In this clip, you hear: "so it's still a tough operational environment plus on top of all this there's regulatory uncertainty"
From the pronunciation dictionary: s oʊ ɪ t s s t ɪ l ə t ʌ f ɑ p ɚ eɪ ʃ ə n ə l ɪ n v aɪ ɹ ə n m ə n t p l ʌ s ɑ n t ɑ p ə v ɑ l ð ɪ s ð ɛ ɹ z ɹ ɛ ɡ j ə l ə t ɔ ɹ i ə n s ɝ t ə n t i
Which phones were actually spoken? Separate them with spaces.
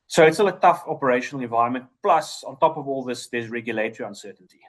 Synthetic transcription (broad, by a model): s oʊ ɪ t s s t ɪ l ə t ʌ f ɑ p ɚ eɪ ʃ ə n ə l ɪ n v aɪ ɹ ə n m ə n t p l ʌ s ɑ n t ɑ p ə v ɑ l ð ɪ s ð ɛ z ɹ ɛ ɡ j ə l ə t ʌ ɹ i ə n s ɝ t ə n t i